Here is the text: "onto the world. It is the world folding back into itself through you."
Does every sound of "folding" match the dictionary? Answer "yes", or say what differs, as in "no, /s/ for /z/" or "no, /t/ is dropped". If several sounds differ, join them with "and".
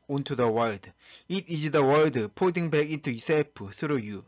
no, /p/ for /f/ and /l/ is dropped